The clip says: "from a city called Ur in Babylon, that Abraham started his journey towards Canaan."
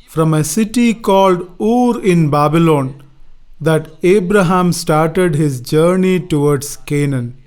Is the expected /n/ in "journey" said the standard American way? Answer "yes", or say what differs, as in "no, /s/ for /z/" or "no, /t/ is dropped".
yes